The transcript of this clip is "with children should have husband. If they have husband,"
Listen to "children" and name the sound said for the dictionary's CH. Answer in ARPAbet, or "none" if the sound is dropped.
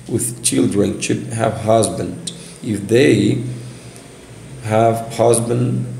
CH